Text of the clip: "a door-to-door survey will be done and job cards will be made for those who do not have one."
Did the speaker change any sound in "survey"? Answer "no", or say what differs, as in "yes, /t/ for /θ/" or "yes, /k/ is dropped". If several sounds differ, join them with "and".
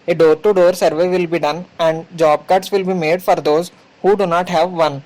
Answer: no